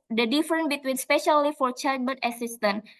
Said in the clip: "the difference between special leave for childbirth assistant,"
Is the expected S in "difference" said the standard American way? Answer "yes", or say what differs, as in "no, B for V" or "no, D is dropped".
no, S is dropped